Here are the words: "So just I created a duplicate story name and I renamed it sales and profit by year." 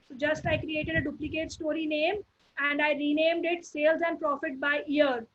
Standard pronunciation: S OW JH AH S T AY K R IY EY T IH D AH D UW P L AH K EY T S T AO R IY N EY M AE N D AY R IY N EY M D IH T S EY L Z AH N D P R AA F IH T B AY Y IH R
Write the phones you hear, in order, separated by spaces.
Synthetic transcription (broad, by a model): JH AH S T AY K R IY EY T IH D AH D UW P L AH K EY T S T AO R IY N EY M AE N D AY R IY N EY M D IH T S EY L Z AH N D P R AA F IH T B AY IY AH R